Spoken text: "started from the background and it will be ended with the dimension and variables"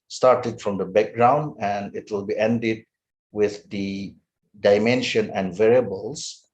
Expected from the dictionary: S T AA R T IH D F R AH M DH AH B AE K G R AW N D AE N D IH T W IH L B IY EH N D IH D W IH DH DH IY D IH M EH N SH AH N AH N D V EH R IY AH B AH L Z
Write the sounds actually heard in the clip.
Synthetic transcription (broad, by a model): S T AA R T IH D F R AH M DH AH B AE K G R AW N D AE N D IH T W IH L B IY EH N D IH D W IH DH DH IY D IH M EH N SH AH N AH N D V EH R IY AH B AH L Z